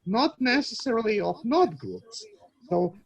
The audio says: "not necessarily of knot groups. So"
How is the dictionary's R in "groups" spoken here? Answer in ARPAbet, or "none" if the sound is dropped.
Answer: none